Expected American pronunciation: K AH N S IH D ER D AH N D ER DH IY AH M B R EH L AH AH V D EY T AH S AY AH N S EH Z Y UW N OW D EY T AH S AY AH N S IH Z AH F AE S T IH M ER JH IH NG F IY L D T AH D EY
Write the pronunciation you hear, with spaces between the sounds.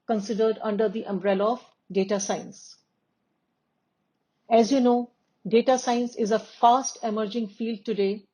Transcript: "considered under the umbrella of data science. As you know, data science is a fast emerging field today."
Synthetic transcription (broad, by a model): K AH N S IH D ER D AH N D ER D IY AH M B R EH L AH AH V D EY T AH S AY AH N S EH Z Y UW N OW D EY T AH S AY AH N S IH Z AH F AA S T IH M ER JH IH NG F IY L D T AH D EY